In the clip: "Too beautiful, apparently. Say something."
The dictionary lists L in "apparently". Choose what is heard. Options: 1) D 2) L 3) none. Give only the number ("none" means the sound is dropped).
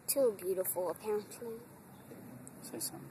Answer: 3